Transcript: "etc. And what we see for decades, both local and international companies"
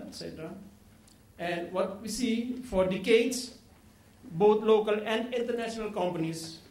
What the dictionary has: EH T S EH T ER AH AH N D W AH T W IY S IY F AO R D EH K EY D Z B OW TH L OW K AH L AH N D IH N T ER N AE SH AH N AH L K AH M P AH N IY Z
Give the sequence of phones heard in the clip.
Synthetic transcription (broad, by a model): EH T S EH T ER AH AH N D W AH T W IY S IY F AO R D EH K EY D S B OW T L OW K AH L AH N D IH N T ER N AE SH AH N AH L K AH M P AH N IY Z